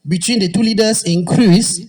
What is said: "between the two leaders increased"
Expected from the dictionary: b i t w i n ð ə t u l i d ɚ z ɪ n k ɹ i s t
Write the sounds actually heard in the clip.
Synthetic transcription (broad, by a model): b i t w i n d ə t u l i d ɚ s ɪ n k ɹ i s